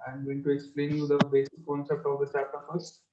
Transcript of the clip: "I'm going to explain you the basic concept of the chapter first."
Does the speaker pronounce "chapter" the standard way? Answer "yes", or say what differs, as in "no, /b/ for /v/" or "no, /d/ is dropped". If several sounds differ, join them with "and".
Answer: no, /s/ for /tʃ/ and /p/ is dropped